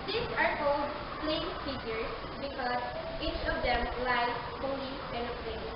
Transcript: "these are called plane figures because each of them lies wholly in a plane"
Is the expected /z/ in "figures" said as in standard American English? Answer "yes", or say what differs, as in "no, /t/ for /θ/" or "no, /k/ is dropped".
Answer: no, /s/ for /z/